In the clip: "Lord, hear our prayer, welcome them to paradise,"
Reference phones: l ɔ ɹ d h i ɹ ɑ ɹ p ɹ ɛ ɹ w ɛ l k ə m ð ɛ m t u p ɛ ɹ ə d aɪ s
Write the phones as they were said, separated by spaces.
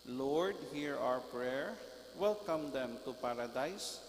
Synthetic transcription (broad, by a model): l ɔ ɹ d h i ɹ ɑ ɹ p ɹ ɛ ɹ w ɛ l k ə m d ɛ m t u p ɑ ɹ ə d aɪ s